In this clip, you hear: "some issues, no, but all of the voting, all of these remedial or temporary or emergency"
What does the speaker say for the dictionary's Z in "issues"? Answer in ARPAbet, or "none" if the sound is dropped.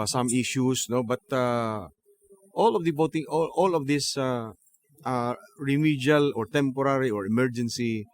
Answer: S